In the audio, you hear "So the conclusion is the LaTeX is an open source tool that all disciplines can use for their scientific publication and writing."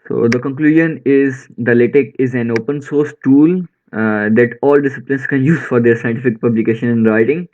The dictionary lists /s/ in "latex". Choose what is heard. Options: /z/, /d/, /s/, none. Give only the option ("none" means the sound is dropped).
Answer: none